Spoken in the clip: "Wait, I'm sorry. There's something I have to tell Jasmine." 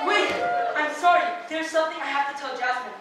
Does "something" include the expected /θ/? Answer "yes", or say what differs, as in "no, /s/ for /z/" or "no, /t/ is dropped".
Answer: yes